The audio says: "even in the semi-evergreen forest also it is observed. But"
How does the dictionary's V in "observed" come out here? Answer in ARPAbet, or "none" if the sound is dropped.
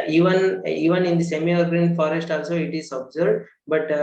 none